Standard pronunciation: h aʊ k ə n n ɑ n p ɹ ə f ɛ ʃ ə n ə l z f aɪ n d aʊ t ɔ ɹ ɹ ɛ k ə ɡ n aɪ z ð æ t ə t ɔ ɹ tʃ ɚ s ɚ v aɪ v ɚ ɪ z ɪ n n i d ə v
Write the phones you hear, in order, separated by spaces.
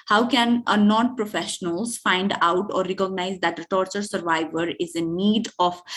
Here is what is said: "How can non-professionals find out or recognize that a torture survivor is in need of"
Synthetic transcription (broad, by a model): h aʊ k ə n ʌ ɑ n p ɹ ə f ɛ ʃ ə n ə l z f aɪ n d aʊ t ɔ ɹ ɹ ɛ k ə ɡ n aɪ z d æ t ə t ɔ ɹ tʃ ɚ s ɚ v aɪ v ɚ ɪ z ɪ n n i d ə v